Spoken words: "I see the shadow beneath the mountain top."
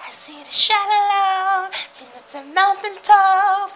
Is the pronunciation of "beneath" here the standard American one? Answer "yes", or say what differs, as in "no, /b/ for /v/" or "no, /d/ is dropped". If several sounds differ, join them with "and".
no, /t/ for /θ/